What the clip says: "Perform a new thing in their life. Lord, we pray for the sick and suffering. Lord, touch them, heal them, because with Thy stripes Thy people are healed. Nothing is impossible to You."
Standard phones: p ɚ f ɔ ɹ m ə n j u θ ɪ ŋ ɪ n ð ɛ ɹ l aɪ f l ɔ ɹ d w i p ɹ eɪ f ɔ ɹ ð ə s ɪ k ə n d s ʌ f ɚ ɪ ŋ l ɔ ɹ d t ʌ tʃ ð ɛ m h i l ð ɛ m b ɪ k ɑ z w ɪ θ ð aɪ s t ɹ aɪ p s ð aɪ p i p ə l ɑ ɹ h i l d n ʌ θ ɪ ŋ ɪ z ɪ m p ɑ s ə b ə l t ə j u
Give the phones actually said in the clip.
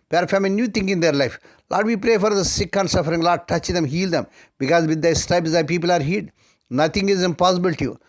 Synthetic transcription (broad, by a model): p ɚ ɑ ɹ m ə n j u t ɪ ŋ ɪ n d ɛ ɹ l aɪ f l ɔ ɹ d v i p ɹ eɪ f ɔ ɹ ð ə s ɪ k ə n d s ʌ f ɚ ɪ ŋ l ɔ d t ʌ tʃ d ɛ m h i l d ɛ m b ɪ k ɑ z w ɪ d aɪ s t ɹ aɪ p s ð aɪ p i p ə l ɑ ɹ h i d n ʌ t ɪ ŋ ɪ z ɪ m p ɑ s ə b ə l t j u